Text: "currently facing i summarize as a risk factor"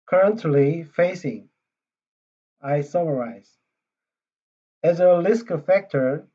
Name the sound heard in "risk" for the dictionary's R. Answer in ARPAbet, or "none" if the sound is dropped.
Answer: L